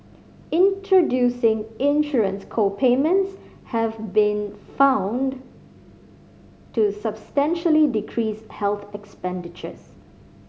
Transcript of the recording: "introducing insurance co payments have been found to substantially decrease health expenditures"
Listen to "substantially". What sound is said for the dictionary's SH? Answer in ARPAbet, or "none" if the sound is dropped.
SH